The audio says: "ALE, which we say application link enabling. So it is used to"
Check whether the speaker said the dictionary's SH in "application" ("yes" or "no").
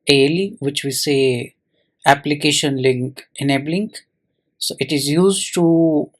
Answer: yes